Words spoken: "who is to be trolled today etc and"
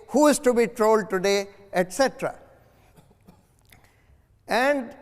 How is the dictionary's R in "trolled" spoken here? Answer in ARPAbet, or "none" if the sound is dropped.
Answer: R